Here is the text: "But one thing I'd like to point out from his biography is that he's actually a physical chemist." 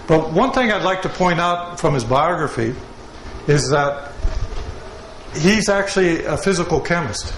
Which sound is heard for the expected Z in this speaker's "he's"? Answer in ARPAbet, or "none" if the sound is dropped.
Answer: Z